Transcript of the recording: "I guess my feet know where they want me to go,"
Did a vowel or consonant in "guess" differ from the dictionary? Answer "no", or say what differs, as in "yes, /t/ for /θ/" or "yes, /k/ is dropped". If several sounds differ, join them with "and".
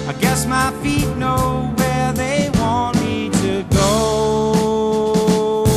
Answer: no